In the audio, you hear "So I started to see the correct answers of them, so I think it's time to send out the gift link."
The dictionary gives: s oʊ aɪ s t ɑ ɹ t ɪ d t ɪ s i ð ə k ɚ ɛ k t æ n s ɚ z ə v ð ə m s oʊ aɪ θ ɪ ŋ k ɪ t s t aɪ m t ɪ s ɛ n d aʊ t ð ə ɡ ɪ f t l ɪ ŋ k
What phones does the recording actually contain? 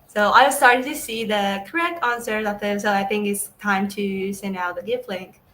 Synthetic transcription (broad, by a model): s oʊ aɪ s t ɑ ɹ t ɪ d t ɪ s i ð ə k ɚ ɛ k t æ n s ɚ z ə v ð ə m s oʊ aɪ θ ɪ ŋ k ɪ t s t aɪ m t ɪ s ɛ n d aʊ t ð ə ɡ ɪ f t l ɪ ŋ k